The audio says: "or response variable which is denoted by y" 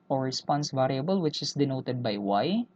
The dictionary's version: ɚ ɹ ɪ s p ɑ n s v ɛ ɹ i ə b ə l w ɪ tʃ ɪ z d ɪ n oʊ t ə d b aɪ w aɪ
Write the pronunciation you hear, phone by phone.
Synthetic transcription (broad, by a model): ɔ ɹ ɪ s p ɑ n s v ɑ ɹ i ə b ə l w ɪ tʃ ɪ s d ɪ n oʊ t ə d b aɪ w aɪ